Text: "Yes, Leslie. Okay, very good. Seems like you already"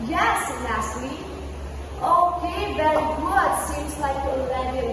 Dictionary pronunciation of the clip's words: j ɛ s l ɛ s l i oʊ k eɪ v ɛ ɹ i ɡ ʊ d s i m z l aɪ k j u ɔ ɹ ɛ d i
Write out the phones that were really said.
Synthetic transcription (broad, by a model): j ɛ s n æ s l i oʊ k eɪ v ɛ ɹ i ɡ ʊ d s i m z l aɪ k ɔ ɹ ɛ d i